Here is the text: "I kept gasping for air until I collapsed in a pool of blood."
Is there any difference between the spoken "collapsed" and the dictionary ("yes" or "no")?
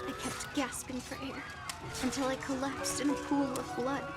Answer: no